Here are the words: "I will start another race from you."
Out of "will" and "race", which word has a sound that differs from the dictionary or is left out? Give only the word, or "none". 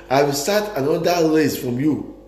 race